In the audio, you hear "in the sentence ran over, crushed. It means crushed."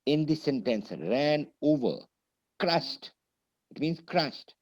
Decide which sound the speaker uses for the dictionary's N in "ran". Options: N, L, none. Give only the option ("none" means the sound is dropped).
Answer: N